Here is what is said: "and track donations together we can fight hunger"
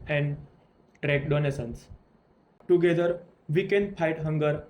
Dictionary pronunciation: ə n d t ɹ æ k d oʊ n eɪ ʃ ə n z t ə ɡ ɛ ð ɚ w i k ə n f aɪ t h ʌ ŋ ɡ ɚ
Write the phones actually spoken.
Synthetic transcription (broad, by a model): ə n d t ɹ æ k d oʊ n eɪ s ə n s t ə ɡ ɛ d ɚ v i k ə n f aɪ t h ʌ ŋ ɡ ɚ